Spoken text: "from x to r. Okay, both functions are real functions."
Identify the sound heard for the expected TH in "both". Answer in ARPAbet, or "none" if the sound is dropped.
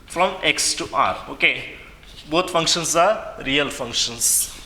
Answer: T